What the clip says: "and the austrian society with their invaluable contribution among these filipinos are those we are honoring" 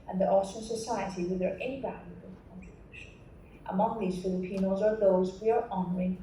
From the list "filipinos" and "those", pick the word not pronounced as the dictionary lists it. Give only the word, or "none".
none